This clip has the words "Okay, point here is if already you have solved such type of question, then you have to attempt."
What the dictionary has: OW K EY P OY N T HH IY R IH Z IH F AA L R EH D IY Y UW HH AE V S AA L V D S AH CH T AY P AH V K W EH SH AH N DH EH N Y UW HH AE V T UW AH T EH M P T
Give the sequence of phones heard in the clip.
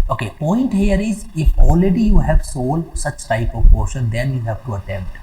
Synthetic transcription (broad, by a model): OW K EY P OY N T HH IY R IH Z IH F AA L R EH D IY Y UW HH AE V S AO L D S AH CH T AY P AH V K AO SH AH N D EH N Y UW HH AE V T UW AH T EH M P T